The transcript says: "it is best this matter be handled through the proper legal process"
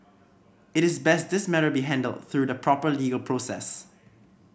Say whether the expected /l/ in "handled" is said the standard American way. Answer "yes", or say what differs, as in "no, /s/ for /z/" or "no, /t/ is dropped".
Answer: yes